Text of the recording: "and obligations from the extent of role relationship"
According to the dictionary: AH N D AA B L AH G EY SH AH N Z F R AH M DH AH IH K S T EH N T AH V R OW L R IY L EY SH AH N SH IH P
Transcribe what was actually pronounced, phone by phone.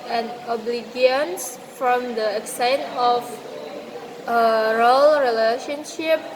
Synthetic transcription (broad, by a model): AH N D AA B L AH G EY AH N S F R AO M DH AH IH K S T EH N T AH F R OW L R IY L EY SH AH N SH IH P